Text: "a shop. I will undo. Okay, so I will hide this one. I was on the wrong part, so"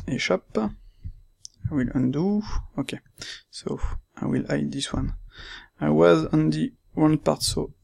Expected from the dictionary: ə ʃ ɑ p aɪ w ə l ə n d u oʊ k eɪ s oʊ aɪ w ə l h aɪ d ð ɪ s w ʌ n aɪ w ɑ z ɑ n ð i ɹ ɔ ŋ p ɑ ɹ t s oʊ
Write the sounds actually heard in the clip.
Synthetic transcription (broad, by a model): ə ʃ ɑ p aɪ w ə l ə n d u oʊ k eɪ s oʊ aɪ w ə l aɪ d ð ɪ s w ʌ n aɪ w ɑ z ɑ n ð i w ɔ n p ɑ ɹ t s oʊ